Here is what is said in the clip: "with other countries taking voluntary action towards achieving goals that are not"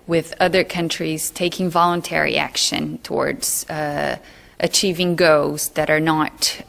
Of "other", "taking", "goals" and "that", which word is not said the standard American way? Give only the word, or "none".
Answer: goals